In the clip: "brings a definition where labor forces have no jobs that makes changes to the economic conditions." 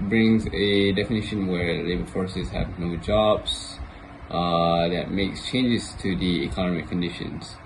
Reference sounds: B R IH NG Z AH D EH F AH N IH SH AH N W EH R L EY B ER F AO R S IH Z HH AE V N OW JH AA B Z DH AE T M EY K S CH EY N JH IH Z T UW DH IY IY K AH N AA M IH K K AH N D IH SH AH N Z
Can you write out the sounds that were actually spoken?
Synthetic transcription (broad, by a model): B R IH NG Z AH D EH F AH N IH SH AH N W EH R L EY B ER F AO R S IH Z HH AE V N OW JH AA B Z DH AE T M EY K S CH EY N JH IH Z T UW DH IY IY K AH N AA M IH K K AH N D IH SH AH N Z